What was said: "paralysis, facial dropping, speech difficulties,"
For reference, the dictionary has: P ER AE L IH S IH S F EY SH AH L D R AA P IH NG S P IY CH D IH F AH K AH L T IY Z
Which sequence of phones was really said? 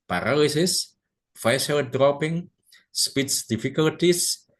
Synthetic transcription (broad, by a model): P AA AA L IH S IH S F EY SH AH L D R AA P IH NG S P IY S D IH F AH K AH L T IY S